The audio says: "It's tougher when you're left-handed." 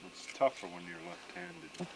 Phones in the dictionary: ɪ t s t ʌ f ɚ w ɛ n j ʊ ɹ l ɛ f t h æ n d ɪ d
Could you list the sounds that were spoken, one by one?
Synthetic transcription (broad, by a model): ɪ t s t ʌ f ɚ w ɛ n j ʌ ɹ l ɛ f t h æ n d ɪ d